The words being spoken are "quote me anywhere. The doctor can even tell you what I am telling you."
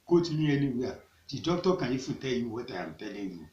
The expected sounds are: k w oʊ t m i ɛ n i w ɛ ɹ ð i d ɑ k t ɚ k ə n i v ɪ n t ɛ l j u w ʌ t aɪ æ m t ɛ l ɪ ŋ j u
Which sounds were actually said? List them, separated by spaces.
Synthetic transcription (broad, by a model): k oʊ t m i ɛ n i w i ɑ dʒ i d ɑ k t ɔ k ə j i f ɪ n t ɛ l j u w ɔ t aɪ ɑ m t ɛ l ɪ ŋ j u